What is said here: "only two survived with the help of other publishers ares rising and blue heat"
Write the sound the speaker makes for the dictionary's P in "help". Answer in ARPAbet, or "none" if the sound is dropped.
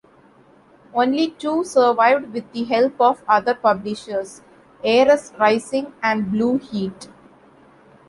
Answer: P